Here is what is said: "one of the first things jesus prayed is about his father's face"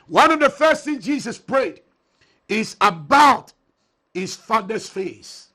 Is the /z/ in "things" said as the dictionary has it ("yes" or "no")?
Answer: no